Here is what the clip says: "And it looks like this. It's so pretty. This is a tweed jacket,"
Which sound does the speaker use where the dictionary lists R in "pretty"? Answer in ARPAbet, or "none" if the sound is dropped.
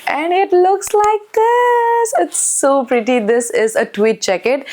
R